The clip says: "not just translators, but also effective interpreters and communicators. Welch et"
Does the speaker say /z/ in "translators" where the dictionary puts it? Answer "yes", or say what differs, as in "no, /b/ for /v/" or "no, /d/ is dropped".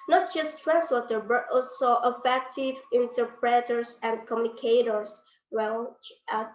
no, /z/ is dropped